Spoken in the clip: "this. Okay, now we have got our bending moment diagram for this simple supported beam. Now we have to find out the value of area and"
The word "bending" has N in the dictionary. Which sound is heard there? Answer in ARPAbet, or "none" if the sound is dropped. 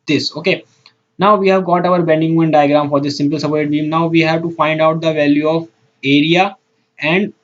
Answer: N